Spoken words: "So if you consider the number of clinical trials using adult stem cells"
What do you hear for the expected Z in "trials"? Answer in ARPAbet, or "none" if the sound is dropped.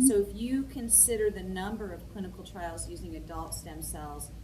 Z